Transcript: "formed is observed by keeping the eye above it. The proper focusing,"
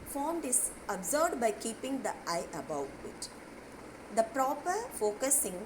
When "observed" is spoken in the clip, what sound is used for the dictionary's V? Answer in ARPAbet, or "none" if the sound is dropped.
none